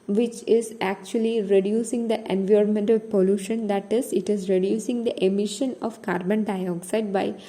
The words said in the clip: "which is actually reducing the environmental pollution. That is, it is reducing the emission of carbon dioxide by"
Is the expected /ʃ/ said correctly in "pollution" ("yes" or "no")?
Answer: yes